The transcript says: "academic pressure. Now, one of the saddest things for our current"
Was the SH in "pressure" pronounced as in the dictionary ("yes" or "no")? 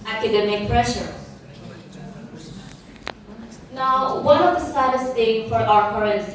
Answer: yes